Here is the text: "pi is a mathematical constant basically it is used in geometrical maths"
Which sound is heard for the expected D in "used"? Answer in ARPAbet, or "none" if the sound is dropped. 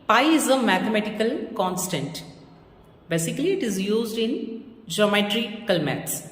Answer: D